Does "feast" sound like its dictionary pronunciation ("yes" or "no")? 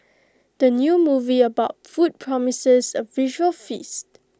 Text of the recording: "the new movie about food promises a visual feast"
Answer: yes